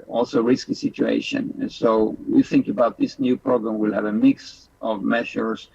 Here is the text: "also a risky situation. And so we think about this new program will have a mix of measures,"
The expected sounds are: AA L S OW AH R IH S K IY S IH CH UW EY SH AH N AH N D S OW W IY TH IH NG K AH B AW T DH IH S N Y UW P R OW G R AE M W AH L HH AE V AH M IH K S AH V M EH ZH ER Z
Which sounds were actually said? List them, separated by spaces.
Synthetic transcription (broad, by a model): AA L S OW R IH S K IY S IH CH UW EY AH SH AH N S OW W IY TH IH NG K AH B AW T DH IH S N Y UW P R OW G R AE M W AH L HH AE V AH M IH K S AH V M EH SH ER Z